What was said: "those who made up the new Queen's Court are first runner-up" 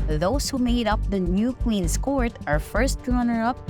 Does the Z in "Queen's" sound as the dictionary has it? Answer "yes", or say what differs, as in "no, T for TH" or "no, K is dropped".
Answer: no, S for Z